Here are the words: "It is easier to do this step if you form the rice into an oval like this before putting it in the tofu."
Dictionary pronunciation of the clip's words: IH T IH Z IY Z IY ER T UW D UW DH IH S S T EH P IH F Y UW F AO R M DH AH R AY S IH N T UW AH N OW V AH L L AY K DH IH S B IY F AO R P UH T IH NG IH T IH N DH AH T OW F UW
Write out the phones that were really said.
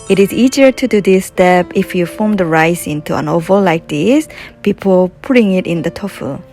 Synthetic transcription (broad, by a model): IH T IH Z IY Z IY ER T UW D UW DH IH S S T EH P IH F Y UW F AO M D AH R AY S IH N T UW AH N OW V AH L L AY K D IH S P IY P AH L P UH T IH NG IH T IH N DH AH T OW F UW